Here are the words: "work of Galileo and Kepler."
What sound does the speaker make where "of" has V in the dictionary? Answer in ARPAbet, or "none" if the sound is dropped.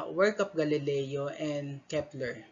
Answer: P